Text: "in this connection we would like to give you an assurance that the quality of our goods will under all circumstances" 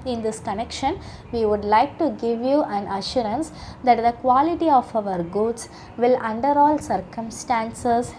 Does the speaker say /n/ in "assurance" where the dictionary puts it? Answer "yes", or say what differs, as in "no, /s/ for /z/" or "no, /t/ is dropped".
yes